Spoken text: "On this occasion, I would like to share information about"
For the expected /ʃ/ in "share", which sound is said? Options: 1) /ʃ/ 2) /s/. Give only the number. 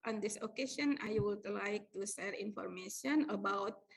2